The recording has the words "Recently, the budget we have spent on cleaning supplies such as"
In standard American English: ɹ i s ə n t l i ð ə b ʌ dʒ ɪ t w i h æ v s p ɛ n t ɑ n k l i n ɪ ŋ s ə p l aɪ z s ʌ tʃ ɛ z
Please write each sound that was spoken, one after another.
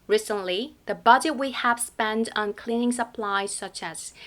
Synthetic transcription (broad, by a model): ɹ i s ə n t l i ð ə b ʌ dʒ ɪ t w i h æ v s p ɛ n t n k l i n ɪ ŋ s ə p l aɪ z s ʌ tʃ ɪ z